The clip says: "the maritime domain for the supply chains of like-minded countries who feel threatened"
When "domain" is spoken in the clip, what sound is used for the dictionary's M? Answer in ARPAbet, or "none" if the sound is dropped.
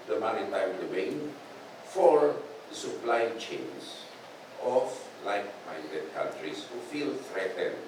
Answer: none